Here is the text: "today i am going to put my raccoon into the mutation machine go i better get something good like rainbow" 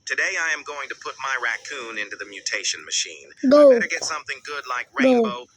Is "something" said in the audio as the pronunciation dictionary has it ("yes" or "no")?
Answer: yes